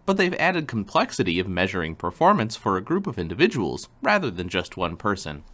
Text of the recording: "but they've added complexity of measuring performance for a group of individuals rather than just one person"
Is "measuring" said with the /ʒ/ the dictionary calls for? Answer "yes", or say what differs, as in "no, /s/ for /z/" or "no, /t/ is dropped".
yes